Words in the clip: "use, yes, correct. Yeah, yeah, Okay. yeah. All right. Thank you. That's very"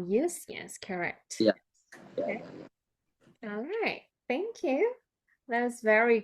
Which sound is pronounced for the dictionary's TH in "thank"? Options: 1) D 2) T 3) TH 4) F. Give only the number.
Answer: 3